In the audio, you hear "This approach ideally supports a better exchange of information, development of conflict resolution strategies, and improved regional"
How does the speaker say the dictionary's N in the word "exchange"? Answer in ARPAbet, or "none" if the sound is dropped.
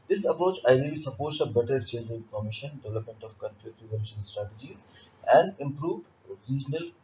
none